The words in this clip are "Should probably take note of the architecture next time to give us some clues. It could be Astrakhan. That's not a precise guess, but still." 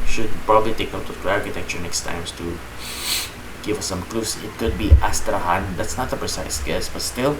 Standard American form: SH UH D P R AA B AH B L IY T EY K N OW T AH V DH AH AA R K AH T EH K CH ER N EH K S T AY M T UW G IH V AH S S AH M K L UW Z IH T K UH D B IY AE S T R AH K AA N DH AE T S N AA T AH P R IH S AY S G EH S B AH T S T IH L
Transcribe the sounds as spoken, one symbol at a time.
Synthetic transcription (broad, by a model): SH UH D P R AA B AH B L IY T EY K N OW AH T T AA R K AH T EH K CH ER N EH K S T AY M T UW G IH V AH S S AH M K L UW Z IH T K UH D B IY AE S T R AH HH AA N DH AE T S N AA T AH P R IH S AY S G EH S B AH T S T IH L